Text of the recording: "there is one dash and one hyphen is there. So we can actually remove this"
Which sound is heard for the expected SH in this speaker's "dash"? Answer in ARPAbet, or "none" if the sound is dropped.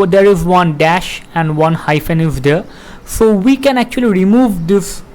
SH